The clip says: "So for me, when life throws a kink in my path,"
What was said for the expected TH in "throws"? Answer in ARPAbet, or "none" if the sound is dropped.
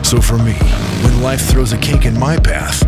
TH